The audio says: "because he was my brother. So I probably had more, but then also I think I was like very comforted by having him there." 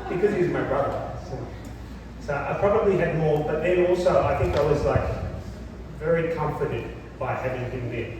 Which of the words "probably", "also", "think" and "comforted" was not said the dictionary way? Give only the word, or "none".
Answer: none